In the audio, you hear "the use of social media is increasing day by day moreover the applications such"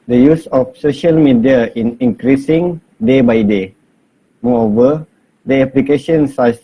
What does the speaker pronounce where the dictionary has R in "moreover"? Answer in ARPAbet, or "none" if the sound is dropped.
none